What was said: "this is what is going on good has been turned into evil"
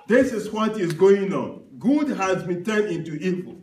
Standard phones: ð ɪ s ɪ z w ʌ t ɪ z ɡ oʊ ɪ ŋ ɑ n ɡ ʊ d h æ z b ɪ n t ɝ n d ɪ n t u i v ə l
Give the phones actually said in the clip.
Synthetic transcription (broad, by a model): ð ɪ s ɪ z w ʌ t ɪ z ɡ oʊ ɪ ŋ ɑ n ɡ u d h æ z b ɪ n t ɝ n ɪ n t u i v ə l